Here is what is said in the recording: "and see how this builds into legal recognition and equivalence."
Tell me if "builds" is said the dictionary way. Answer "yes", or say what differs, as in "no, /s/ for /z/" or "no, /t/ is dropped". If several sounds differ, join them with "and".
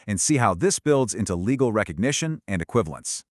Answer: yes